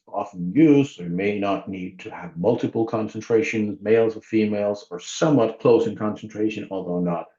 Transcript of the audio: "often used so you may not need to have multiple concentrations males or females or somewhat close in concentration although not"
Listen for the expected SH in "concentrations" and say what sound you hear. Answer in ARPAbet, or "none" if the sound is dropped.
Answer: SH